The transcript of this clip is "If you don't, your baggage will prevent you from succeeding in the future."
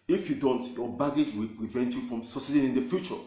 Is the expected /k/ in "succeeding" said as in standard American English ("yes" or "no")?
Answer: no